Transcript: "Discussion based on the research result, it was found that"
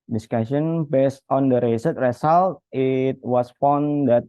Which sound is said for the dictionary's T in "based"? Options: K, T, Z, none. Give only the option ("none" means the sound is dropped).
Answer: T